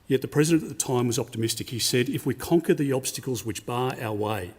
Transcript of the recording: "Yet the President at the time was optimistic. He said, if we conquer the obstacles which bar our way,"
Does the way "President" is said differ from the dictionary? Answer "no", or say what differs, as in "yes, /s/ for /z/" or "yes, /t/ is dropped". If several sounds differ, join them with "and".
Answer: no